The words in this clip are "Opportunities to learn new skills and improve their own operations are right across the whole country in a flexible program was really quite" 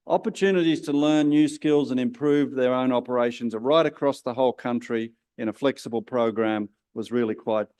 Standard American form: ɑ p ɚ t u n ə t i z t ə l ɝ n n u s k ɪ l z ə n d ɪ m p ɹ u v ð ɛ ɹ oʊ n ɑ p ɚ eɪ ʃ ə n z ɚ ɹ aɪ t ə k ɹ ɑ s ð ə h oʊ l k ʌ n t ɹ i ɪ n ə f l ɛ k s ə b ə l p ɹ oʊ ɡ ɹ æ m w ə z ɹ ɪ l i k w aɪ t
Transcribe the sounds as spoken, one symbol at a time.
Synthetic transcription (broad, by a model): ɑ p ɚ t u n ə t i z t ə l ɝ n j u s k ɪ l z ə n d ɪ m p ɹ u v ð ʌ ɹ oʊ n ɑ p ɚ eɪ ʃ ə n z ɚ ɹ aɪ t ə k ɹ ɑ s ð ə h oʊ l k ʌ n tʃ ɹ i ɪ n ə f l ɛ k s ə b ə l p ɹ oʊ ɡ ɹ æ m w ə z ɹ ɪ l i k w aɪ t